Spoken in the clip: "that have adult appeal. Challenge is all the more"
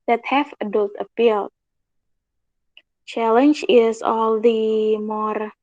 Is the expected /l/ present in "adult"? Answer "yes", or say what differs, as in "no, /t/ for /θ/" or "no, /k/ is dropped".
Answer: yes